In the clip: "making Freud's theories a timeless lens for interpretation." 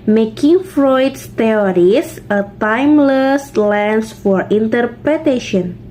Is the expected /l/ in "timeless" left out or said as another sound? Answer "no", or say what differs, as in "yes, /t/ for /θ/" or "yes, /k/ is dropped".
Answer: no